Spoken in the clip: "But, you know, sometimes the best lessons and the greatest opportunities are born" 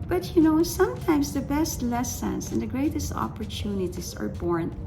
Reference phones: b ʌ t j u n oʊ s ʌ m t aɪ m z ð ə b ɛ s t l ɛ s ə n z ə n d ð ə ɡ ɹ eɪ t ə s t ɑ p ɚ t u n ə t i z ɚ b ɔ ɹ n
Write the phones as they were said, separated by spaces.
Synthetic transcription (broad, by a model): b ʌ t j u n oʊ s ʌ m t aɪ m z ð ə b ɛ s t l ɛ s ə n s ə n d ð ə ɡ ɹ eɪ t ə s t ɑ p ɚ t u n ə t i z ɚ b ɔ ɹ n